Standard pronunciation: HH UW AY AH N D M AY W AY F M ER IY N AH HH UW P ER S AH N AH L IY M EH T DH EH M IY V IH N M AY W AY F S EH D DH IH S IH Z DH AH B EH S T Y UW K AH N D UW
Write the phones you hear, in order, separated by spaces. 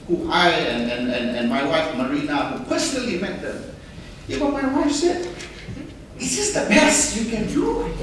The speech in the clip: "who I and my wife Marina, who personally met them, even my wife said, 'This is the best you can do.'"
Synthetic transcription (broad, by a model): HH UW AY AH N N M AY W AY F M ER IY N AH HH UW P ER S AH N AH L IY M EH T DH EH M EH B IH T M AY W AY F S EH D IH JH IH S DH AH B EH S Y UW K AH N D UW